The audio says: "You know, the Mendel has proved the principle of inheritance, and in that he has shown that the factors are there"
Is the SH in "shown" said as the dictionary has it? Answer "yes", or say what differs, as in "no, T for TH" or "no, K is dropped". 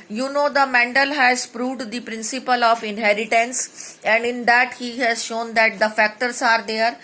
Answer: yes